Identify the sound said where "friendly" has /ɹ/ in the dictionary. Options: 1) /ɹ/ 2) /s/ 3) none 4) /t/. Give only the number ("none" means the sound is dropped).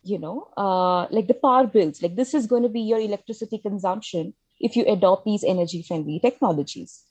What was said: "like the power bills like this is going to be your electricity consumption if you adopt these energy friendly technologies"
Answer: 3